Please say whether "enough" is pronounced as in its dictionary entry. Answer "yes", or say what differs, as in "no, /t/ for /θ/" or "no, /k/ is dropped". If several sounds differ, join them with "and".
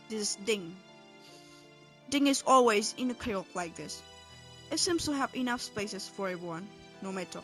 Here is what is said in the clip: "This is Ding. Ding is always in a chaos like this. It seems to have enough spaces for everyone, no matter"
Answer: yes